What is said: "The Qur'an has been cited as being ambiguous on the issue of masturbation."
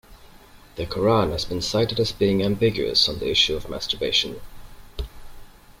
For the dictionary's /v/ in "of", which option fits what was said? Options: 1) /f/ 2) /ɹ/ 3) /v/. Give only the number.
3